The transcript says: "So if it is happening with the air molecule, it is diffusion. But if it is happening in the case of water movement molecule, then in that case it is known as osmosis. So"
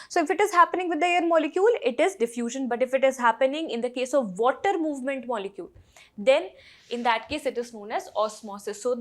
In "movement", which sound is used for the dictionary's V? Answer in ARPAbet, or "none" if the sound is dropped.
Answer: V